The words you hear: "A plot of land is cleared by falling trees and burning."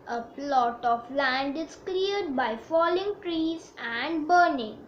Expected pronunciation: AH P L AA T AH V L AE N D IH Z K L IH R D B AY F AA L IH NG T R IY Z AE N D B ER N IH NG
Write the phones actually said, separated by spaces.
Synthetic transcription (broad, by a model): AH P L AA T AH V L AE N D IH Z K L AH R D B AY F AA L IH NG T R IY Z AE N D B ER N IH NG